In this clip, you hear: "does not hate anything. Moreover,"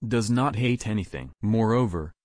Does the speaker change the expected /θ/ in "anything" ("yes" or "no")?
no